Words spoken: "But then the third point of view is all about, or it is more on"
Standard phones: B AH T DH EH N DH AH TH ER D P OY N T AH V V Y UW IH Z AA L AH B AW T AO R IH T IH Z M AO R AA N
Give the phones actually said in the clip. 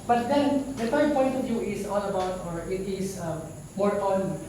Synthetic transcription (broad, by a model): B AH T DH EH N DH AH F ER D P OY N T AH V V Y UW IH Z AA L AH B AW T AO R IH T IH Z M AO R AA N